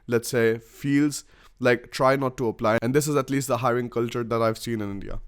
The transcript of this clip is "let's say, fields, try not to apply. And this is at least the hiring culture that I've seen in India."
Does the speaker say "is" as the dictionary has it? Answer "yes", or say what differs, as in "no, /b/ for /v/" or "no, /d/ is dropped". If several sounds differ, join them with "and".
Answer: yes